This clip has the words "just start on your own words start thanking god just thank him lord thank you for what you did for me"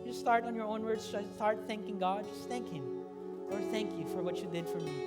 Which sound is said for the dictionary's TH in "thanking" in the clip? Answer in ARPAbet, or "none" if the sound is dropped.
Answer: TH